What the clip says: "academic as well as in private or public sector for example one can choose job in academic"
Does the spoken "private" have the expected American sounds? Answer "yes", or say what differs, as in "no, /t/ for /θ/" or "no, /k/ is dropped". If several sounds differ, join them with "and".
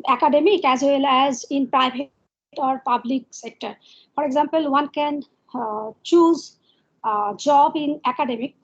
no, /b/ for /v/